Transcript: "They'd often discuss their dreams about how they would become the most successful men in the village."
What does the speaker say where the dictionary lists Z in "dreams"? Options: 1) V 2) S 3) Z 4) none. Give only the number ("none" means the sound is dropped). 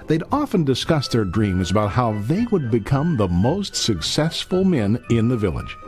3